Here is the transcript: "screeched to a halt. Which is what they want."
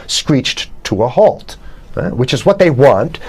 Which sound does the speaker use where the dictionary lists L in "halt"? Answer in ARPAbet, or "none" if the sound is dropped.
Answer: L